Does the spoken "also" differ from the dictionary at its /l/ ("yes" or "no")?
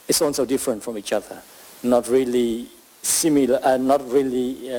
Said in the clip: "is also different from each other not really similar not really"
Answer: yes